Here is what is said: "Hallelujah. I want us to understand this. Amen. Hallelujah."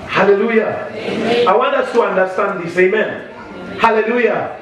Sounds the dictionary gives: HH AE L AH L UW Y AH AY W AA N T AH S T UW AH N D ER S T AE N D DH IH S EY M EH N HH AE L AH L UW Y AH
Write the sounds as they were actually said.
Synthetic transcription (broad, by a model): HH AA L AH L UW Y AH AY W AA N AA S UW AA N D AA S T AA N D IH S EY M EH N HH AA L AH L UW Y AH